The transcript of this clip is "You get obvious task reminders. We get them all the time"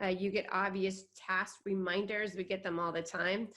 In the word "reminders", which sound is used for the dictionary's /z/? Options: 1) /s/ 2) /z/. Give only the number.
2